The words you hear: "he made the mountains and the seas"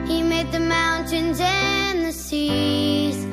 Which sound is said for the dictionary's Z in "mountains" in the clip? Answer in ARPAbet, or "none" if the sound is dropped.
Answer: Z